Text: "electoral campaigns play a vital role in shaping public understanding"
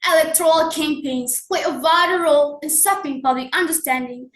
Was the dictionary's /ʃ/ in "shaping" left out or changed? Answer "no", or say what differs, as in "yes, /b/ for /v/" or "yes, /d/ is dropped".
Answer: yes, /s/ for /ʃ/